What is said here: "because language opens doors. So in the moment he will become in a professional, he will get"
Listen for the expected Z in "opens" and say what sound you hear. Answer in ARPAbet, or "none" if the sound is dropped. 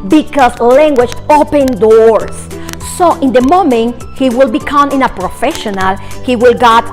none